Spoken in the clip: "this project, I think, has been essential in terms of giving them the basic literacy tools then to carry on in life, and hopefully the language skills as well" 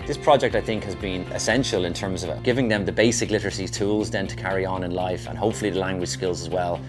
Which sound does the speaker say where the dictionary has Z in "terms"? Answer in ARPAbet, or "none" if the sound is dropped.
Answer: Z